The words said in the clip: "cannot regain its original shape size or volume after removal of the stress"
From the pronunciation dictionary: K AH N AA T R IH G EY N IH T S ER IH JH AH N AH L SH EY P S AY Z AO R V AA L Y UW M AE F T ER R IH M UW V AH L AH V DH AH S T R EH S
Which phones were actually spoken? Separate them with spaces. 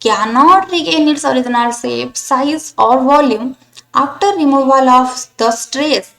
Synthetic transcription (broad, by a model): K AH N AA T R IH G EY N IH T S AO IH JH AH N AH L S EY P S AY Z AO R V AA L Y UW M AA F T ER R IH M UW V AH L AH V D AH S T R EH S